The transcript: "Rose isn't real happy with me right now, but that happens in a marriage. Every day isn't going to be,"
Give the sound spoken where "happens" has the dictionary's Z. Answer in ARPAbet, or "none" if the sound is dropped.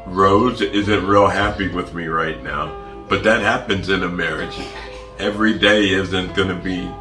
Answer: Z